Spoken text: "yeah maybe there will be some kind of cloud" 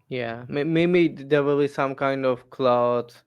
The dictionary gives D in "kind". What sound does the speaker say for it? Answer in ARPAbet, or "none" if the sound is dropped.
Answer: D